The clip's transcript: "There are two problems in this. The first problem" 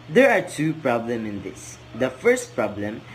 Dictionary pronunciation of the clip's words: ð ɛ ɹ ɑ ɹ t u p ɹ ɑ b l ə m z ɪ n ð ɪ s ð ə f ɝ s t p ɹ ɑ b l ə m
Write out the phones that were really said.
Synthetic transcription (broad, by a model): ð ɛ ɹ ɑ ɹ t u p ɹ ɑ b l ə m ɪ n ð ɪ s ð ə f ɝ s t p ɹ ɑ b l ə m